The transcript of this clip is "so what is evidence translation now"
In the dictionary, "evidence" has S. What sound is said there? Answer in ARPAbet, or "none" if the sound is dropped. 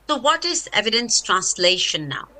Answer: S